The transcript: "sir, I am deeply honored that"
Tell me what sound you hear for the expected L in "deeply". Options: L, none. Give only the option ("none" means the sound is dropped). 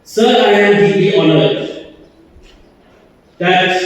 none